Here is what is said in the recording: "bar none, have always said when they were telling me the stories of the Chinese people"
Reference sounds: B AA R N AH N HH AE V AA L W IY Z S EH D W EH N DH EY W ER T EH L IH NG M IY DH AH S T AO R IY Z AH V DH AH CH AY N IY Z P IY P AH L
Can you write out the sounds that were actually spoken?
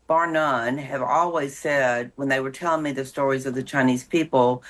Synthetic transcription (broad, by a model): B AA R N AH N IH V AA L W IY Z S EH D W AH N DH EY W ER T EH L IH NG M IY DH AH S T AO R IY Z AH V DH AH CH AY N IY Z P IY P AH L